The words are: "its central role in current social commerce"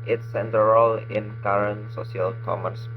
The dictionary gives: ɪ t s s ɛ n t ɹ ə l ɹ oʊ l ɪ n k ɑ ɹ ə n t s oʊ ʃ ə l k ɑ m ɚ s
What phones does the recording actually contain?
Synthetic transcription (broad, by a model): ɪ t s s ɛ n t ə ɹ oʊ l ɪ n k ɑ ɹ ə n s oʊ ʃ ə l k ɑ m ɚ s